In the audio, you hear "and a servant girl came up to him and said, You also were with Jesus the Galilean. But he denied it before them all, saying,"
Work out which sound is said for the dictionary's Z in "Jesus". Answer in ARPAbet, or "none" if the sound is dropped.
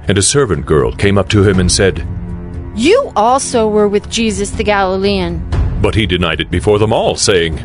Z